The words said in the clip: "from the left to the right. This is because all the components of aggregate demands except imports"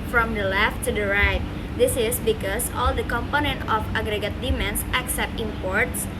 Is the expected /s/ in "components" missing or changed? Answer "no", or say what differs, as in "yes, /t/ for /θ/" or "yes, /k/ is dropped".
yes, /s/ is dropped